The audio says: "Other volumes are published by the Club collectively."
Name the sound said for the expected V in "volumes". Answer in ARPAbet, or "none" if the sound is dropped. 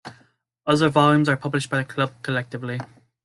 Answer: V